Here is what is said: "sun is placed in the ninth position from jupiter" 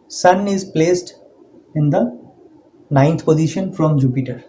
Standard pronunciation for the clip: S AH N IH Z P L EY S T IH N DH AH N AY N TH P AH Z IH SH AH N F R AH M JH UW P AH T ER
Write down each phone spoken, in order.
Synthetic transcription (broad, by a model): S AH N IH Z P L EY S T IH N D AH N AY N T P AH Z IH SH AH N F R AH M JH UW P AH T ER